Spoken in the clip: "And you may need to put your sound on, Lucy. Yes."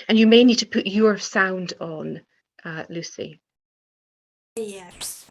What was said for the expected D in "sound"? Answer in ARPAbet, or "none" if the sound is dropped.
D